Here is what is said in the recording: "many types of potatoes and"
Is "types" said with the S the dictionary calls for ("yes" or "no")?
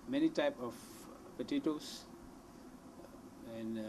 no